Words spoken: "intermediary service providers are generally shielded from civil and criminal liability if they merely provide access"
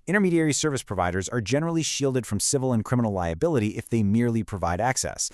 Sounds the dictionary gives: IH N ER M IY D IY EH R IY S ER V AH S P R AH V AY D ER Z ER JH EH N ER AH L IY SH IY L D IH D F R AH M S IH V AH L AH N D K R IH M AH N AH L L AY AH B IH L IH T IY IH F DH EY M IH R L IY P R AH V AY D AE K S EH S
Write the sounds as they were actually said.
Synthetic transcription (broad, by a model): IH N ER M IY D IY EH R IY S ER V AH S P R AH V AY D ER Z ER JH EH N ER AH L IY SH IY L D IH D F R AH M S IH V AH L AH N K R IH M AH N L L AY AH B IH L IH T IY IH F DH EY M IH R L IY P R AH V AY D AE K S EH S